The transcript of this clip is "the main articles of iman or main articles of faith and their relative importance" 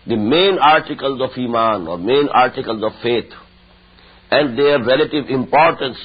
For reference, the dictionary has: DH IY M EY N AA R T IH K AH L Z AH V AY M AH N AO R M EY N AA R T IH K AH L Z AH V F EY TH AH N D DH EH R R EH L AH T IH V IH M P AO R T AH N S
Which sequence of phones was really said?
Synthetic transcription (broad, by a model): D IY M EY N AA R T IH K AH L Z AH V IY M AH N AO R M EY N AA R T IH K AH L Z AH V F EY T AH N D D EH R R EH L AH T IH V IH M P AO R T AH N S